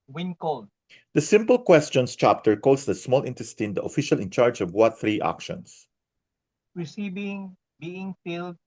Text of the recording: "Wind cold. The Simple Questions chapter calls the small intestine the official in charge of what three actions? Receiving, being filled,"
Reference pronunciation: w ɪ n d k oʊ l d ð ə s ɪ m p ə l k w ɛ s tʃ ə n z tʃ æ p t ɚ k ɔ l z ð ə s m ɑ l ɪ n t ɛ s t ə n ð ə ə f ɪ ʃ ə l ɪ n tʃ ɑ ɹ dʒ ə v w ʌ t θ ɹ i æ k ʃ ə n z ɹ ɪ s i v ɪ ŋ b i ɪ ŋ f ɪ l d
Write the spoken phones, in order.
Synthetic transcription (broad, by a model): w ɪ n k oʊ l d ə s ɪ m p ə l k w ɛ s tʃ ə n s tʃ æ p t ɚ k ɔ l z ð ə s m ɑ l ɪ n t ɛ s t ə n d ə ə f ɪ ʃ ə l ɪ n tʃ ɑ ɹ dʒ ə v w ʌ t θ ɹ i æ k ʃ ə n s ɹ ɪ s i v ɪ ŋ b i ɪ ŋ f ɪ l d